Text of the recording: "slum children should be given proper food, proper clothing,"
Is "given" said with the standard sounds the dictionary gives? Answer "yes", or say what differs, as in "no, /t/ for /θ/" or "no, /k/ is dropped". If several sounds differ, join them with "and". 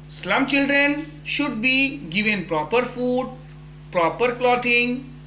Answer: yes